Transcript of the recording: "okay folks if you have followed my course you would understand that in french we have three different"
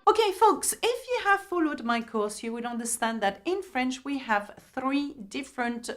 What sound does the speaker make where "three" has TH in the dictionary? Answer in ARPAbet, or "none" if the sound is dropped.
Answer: TH